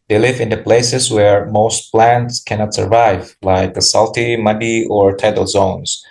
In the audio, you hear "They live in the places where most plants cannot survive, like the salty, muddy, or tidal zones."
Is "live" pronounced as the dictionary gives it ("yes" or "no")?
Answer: yes